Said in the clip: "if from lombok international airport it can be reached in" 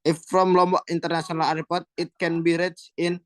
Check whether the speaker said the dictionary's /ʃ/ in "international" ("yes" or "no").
no